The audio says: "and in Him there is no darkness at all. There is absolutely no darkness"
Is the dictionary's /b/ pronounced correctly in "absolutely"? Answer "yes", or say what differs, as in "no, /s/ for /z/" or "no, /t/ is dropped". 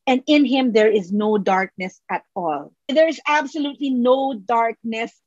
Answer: yes